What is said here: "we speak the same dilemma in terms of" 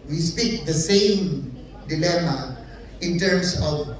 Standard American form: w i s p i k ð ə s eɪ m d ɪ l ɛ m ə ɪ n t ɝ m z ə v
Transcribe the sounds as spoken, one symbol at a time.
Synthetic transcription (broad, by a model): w i s p i k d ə s eɪ m d ɪ l ɛ m ə ɪ n t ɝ m s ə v